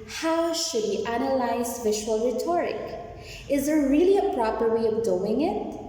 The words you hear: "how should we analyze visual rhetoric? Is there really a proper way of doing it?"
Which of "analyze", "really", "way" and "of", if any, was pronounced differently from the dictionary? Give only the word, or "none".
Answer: none